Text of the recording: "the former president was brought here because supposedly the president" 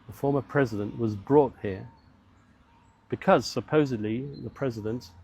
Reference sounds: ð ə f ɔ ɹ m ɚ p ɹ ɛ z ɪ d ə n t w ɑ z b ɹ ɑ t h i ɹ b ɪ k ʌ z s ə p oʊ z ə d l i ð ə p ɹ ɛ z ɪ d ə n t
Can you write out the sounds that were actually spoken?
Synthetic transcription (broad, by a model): ð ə f ɔ ɹ m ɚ p ɹ ɛ z ɪ d ə n t w ɑ z b ɹ ɑ t h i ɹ b ɪ k ʌ z s ə p oʊ z ə d l i ð ə p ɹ ɛ z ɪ d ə n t